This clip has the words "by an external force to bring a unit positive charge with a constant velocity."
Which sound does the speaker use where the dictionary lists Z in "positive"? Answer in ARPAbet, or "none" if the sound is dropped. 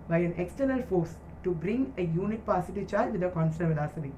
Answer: S